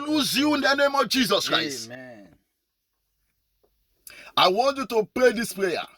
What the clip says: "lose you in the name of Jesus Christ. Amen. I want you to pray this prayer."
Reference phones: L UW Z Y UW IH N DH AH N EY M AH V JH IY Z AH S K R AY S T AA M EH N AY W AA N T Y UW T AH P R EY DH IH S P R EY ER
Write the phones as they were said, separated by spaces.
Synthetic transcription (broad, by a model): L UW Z Y UW IH N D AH N EY M AH V JH IY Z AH S K R AY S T AA IH W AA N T Y UW T AH P R EY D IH S P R EY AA